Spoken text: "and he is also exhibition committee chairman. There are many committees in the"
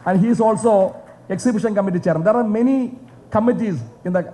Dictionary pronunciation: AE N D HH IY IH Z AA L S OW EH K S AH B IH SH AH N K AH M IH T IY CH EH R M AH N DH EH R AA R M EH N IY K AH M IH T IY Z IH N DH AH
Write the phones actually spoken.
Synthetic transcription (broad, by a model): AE N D HH IY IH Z AA L S OW EH K S AH B IH SH AH N K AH M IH T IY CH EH R AH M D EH R AA R M EH N IY K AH M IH T IY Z IH N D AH